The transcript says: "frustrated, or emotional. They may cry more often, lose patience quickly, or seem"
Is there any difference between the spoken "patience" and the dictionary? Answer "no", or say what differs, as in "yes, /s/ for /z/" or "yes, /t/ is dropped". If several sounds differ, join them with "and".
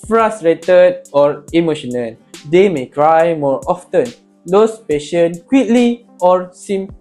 yes, /s/ is dropped